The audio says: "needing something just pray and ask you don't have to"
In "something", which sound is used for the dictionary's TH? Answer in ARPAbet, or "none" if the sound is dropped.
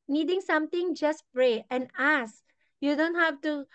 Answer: T